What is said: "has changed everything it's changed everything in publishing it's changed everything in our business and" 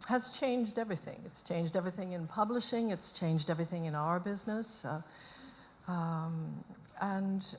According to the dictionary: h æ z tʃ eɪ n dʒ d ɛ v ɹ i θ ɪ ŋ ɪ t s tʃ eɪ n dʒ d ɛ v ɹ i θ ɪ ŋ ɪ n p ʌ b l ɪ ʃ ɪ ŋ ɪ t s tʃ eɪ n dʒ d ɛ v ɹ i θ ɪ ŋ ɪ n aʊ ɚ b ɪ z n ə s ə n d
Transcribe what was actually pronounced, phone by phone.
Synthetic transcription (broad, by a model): h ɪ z tʃ eɪ n dʒ d ɛ v ɹ i θ ɪ ŋ ɪ t s tʃ eɪ n dʒ d ɛ v ɹ i θ ɪ ŋ ɪ n p ʌ b l ɪ ʃ ɪ ŋ ɪ t s tʃ eɪ n dʒ d ɛ v ɹ i θ ɪ ŋ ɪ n aʊ ɚ b ɪ z n ə s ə n